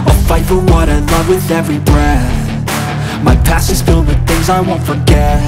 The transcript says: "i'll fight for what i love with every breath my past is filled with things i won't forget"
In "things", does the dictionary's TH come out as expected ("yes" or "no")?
yes